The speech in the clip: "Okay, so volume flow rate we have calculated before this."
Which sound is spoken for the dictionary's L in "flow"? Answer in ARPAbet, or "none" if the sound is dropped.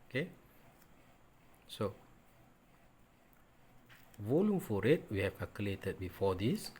none